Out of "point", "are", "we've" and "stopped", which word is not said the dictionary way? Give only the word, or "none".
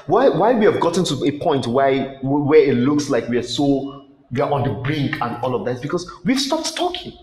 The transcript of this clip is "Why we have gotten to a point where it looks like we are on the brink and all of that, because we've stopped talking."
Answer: are